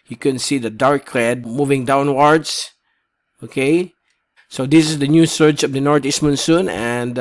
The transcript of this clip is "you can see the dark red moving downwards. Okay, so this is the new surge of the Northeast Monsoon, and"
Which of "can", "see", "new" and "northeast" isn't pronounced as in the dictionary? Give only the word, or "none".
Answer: northeast